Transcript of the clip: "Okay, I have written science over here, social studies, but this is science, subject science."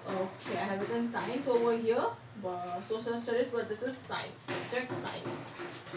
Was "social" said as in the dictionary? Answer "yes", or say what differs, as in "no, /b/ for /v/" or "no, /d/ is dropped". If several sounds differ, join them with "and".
no, /s/ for /ʃ/